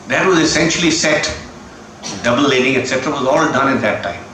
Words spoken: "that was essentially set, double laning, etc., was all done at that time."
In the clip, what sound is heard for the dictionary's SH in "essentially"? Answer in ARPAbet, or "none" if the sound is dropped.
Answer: SH